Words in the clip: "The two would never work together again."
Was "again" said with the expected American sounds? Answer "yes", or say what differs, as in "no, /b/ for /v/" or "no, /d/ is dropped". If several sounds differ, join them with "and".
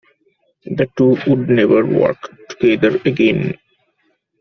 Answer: yes